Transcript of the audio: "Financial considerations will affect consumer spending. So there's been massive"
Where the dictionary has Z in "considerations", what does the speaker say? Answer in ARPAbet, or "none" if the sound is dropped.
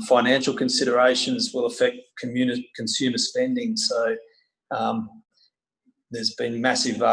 Z